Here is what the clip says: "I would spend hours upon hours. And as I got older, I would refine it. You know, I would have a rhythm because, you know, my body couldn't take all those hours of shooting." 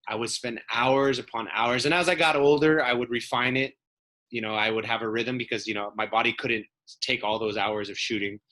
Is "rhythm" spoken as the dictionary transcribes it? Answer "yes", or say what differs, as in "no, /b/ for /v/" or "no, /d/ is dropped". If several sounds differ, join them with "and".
yes